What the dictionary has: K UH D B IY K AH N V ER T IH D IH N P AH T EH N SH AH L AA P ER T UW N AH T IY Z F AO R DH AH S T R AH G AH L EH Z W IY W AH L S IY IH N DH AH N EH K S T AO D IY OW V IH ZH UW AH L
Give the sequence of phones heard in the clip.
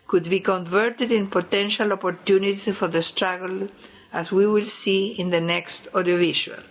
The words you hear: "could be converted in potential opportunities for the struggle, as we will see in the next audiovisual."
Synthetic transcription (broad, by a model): K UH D B IY K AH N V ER T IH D IH N P AH T EH N SH AH L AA P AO T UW N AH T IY F AO R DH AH S T R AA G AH L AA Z W IY W AH L S IY IH N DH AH N EH K S T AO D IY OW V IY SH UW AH L